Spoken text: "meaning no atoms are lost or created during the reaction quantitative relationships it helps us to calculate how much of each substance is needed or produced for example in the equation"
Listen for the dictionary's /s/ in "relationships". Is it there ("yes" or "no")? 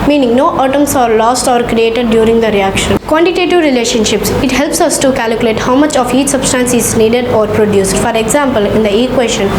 yes